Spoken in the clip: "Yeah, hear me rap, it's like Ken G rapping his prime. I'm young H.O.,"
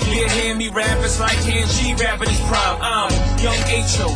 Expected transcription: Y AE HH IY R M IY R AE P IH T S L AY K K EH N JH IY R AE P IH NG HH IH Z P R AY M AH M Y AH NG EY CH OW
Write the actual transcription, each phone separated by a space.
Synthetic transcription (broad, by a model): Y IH HH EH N M IY R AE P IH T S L AY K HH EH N SH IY R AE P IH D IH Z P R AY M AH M Y AH NG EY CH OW